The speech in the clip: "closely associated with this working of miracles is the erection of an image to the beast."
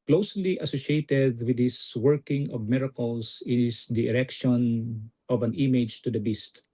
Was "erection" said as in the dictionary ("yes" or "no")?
yes